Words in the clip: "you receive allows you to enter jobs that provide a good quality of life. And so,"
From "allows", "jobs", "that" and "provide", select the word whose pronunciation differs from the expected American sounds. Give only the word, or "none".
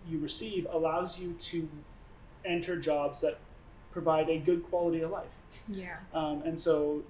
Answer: none